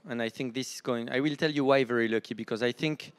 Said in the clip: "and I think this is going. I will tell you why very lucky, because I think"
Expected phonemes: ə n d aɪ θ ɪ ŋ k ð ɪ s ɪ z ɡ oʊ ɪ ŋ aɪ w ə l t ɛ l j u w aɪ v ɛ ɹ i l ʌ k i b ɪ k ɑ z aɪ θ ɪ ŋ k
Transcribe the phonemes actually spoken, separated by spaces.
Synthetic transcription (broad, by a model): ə n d aɪ θ ɪ ŋ k ð ɪ s ɪ z ɡ oʊ ɪ ŋ aɪ w ə l t ɛ l j u w aɪ v ɛ ɹ i l ʌ k i b ɪ k ɑ z aɪ θ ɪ ŋ k